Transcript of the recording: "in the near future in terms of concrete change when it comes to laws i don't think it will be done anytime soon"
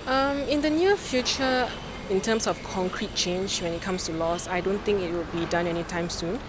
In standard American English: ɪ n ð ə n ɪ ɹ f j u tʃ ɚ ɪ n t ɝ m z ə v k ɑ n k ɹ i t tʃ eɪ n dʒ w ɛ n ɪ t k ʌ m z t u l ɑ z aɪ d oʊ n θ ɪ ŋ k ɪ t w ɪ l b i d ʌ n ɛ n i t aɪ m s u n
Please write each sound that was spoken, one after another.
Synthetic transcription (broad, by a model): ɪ n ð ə n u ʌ f j u tʃ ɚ ɪ n t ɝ m s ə f k ɑ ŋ k ɹ i t tʃ eɪ n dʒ w ɛ n ɪ t k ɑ m s t u l ɑ s aɪ d oʊ n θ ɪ ŋ k ɪ t w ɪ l b i d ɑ n ɛ n i t aɪ m s u n